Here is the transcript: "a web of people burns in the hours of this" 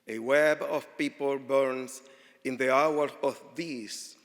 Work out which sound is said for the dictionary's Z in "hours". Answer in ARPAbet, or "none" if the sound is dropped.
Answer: none